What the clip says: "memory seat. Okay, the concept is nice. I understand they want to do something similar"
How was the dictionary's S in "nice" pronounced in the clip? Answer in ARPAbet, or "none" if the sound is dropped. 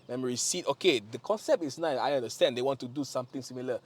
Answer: none